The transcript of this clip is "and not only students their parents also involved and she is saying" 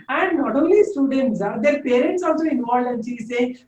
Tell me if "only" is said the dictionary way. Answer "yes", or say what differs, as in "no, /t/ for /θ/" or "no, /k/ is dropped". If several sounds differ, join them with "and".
no, /n/ is dropped